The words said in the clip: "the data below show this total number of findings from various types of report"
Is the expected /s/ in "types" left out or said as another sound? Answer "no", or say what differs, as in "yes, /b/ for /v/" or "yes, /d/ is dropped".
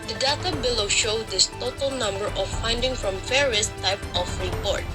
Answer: yes, /s/ is dropped